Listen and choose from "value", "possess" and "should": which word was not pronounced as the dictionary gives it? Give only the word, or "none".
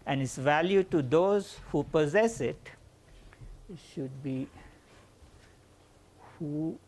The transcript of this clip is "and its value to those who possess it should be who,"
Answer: none